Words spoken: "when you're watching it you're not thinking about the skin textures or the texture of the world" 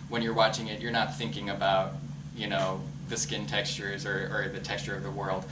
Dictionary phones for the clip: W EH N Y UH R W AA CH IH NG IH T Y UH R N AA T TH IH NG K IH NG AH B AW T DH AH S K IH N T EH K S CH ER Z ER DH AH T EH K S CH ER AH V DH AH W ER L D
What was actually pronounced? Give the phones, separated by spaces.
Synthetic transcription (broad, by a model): W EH N Y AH R W AA CH IH NG IH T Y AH R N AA T TH IH NG K IH NG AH B AW T DH AH S K IH N T EH K S CH ER Z ER DH AH T EH K S CH ER AH V DH AH W ER L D